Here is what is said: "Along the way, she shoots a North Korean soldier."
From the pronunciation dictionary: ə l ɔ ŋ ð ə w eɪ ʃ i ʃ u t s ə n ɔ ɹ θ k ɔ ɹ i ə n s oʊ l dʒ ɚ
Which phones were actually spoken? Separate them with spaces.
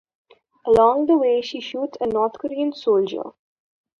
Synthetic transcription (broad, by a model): ə l ɔ ŋ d ə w eɪ ʃ i ʃ u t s ə n ɔ ɹ t k ɔ ɹ i ə n s oʊ l dʒ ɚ